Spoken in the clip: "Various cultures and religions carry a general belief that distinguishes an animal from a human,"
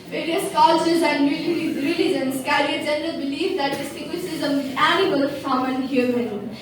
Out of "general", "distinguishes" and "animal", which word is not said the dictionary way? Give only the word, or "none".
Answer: distinguishes